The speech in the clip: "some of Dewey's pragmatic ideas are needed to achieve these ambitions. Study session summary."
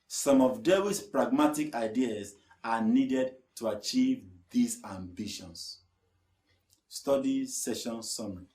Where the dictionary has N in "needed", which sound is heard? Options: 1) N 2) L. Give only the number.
1